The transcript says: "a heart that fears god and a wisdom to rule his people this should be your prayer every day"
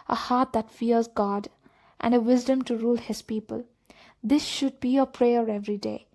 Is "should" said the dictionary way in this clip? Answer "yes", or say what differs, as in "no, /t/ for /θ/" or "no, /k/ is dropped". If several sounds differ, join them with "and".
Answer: yes